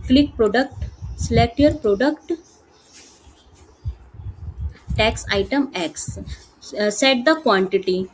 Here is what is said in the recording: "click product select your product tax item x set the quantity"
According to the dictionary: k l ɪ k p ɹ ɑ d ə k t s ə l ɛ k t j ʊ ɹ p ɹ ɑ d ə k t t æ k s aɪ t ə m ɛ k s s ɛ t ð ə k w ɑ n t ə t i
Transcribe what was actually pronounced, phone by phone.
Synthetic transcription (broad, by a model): k l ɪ k p ɹ ɑ d ə k t s l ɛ t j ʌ ɹ p ɹ ɑ d ə k t t æ k s aɪ t ə m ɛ k s s ɛ t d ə k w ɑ n t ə t i